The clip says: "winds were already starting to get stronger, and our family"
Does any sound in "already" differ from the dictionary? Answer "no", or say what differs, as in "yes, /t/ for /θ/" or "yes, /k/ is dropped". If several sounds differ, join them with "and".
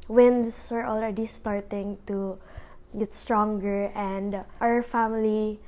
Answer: yes, /l/ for /ɹ/